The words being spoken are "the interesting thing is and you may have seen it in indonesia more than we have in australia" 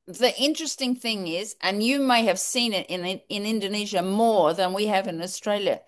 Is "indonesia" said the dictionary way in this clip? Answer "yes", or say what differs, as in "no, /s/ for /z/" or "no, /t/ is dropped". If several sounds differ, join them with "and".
yes